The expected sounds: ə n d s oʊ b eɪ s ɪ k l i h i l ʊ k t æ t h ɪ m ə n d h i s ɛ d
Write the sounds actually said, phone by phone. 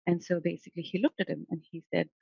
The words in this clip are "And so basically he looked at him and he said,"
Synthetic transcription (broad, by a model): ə n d s oʊ b eɪ s ɪ k l i h i l ʊ k t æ t h ɪ m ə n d h i s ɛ d